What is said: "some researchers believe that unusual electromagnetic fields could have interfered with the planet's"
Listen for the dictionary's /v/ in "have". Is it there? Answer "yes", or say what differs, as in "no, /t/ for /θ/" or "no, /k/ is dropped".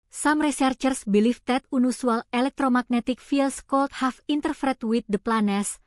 no, /f/ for /v/